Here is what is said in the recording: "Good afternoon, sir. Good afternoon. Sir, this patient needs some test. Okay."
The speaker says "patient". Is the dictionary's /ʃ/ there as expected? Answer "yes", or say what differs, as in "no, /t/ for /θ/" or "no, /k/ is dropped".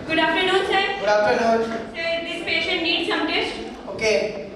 yes